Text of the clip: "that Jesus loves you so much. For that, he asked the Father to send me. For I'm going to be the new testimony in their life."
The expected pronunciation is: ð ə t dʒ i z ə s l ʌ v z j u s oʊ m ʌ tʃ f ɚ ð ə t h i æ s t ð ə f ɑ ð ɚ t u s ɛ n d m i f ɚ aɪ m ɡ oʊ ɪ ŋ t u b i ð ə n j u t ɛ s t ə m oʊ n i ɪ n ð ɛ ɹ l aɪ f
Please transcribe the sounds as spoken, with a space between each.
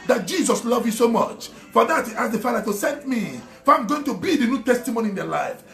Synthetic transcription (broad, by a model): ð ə t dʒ i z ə s l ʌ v j u s oʊ m ʌ tʃ f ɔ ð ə t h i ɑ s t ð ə f ɑ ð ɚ t u s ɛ n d m i f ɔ aɪ m ɡ oʊ ɪ ŋ t u b i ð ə n j u t ɛ s t ə m oʊ n i ɪ n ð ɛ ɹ l aɪ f